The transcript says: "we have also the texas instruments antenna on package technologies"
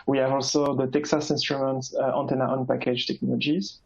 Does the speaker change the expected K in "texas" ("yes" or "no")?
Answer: no